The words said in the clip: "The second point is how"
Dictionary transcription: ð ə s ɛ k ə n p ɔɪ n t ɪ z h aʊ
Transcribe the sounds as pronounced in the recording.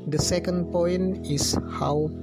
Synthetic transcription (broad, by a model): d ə s ɛ k ə n p ɔɪ n ɪ s h aʊ